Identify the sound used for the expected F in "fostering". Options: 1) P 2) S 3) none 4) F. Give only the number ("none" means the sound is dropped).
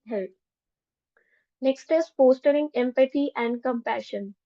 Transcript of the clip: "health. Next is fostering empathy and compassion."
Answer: 1